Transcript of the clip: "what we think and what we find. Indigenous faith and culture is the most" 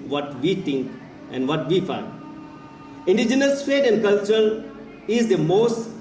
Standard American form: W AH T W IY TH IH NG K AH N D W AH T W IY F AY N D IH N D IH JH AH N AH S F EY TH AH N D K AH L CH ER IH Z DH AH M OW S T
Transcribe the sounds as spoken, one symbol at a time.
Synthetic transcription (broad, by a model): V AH T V IY T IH NG K AH N D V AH T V IY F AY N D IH N D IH JH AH N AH S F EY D AH N D K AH L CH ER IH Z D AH M OW S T